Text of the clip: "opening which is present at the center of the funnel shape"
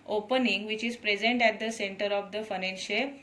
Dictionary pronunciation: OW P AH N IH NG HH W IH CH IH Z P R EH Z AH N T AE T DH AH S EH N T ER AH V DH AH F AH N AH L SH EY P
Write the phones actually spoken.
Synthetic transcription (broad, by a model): OW P AH N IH NG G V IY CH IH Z P R EH Z AH N T AE T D AH S EH N T ER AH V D AH F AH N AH N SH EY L